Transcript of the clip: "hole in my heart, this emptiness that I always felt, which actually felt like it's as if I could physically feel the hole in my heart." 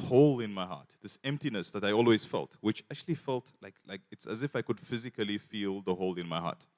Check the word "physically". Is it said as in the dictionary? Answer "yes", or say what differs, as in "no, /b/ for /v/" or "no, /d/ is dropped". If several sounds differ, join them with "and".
yes